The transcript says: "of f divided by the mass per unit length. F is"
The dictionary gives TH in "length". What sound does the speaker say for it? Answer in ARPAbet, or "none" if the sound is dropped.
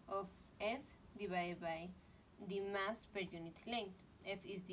T